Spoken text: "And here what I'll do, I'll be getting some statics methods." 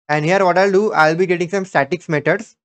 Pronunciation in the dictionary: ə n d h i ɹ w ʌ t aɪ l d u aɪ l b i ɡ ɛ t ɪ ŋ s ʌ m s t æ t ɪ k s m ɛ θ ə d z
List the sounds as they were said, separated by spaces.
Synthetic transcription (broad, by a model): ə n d h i ɹ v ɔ t aɪ l d u aɪ l b i ɡ ɛ t ɪ ŋ s ʌ m s t æ t ɪ k s m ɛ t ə d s